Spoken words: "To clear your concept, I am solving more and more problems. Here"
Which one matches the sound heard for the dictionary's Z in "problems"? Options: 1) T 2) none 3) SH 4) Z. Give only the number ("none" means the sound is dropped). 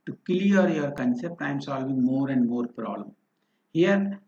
2